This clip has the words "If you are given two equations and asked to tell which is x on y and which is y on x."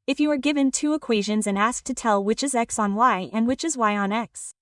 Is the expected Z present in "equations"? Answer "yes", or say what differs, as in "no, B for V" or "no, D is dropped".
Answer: yes